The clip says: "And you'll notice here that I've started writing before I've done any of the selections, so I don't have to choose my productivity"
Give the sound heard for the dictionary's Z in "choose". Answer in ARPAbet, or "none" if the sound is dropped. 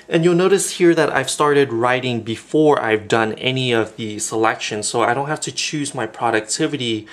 Z